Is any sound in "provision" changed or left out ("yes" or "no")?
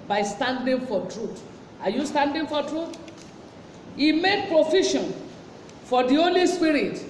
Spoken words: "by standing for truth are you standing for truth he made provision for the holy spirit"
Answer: yes